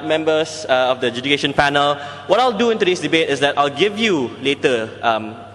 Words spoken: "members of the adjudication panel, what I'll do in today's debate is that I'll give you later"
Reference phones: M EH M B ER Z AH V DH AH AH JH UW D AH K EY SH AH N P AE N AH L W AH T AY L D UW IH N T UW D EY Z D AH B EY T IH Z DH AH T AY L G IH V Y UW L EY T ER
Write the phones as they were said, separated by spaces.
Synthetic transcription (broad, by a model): M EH M B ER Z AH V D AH AH JH UW D AH K EY SH AH N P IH N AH L W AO T AY L D UW IH N T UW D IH S D AH B EY T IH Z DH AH T AY L G IH V Y UW L EY T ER